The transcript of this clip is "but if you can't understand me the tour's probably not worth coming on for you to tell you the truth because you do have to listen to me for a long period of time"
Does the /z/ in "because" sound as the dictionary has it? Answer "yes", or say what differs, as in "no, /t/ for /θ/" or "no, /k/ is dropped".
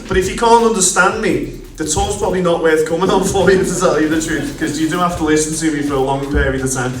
no, /z/ is dropped